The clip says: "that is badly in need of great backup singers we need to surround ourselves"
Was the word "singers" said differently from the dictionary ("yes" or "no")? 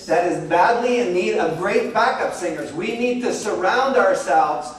no